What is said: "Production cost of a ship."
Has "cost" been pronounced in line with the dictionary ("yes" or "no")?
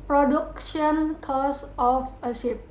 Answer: no